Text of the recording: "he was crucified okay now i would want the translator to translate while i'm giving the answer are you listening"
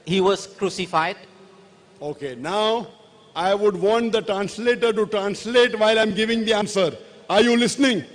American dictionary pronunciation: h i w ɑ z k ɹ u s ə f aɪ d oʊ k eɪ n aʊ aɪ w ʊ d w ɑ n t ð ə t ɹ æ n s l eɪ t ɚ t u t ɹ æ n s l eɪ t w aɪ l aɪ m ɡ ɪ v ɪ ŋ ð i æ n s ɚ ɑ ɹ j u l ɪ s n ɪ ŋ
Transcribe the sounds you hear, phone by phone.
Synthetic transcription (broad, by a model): h i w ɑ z k ɹ u s ə f aɪ d oʊ k eɪ n aʊ aɪ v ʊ d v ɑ n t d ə t ɹ æ n s l eɪ t ɚ t u t ɹ æ n s l eɪ t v aɪ l aɪ m ɡ ɪ v ɪ ŋ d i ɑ n s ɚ ɑ ɹ j u l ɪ s n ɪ ŋ